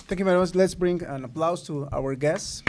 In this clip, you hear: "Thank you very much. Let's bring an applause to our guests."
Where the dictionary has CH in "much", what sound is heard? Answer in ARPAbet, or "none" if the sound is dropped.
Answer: S